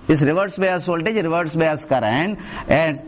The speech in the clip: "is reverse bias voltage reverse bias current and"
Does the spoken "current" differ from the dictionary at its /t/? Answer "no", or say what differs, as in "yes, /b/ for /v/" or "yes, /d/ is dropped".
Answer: yes, /t/ is dropped